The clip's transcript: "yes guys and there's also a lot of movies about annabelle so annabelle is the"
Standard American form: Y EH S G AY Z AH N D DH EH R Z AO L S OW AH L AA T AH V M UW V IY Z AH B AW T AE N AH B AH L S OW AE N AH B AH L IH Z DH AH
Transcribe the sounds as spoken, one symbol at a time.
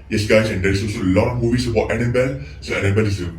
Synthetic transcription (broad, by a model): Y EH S G AY S AH N D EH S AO S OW AH L AA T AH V M UW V IY S AH B AW T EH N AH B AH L S OW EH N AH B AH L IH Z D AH